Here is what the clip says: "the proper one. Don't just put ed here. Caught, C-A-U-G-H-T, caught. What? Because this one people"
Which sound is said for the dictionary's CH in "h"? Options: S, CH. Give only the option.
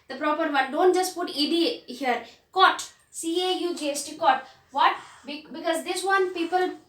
S